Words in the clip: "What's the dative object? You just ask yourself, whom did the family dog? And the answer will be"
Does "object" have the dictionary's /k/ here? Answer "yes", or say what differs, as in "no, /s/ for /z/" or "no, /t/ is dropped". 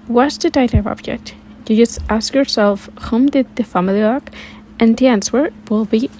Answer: yes